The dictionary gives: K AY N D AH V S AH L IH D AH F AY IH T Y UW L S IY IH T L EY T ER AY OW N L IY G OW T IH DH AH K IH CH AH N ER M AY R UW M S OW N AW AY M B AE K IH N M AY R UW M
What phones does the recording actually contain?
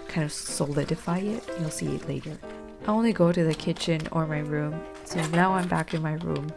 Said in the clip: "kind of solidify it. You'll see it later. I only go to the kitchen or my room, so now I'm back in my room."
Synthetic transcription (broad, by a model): K AY N D AH V S AH L IH D AH F AY IH T Y UW L S IY IH T L EY T ER AY OW N L IY G OW T IH DH AH K IH CH AH N ER M AY R UW M S OW N AW AY M B AE K IH N M AY R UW M